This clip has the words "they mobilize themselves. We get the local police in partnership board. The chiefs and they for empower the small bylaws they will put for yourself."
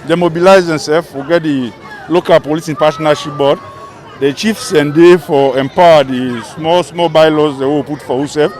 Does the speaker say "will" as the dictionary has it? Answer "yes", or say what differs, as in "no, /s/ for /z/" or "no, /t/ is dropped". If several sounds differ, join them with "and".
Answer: no, /w/ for /l/